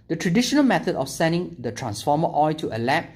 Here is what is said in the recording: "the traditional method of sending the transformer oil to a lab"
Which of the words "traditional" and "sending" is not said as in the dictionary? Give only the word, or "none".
none